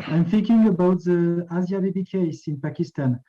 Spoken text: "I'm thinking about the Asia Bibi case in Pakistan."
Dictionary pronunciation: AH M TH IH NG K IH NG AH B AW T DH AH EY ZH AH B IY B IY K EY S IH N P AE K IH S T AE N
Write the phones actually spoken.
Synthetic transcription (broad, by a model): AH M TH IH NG K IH NG AH B AW T DH AH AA Z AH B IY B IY K EY S IH N P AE K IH S T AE N